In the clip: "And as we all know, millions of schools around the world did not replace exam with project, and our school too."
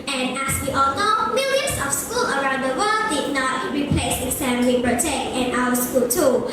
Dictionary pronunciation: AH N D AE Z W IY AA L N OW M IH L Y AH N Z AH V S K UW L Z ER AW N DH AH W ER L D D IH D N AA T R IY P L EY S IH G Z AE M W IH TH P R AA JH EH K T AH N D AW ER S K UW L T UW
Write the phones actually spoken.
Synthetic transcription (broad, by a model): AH N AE S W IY AA L N OW M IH L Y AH N S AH F S K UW L ER AW N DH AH W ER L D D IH N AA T R IY P L EY S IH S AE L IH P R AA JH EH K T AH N AW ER S K UW L T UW